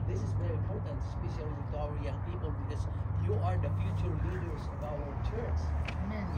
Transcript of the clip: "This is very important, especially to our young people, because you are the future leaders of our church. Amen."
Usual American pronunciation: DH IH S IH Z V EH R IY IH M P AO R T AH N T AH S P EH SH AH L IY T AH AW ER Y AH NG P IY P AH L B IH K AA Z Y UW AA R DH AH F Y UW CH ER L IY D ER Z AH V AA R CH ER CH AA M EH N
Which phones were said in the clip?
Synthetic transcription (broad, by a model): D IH S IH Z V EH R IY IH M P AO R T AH N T S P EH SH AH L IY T AW ER Y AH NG P IY P AH L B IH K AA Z Y UW AA R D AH F Y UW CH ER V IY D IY AH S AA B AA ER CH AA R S